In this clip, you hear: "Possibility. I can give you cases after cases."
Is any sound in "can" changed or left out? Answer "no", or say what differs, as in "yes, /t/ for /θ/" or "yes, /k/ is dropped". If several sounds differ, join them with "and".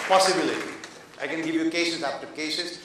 no